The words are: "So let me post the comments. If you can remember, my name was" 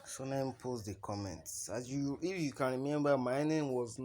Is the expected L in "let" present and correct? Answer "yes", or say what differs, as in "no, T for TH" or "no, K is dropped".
no, N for L